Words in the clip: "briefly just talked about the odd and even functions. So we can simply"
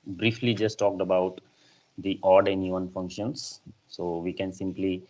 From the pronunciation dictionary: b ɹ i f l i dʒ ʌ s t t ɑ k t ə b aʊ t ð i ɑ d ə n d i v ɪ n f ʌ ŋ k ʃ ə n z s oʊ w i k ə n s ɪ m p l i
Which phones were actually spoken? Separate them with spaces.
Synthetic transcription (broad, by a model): b ɹ i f l i dʒ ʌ s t t ɑ k t ə b aʊ t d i ɑ d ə n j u ɪ n f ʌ ŋ k ʃ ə n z s oʊ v i k ə n s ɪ m p l i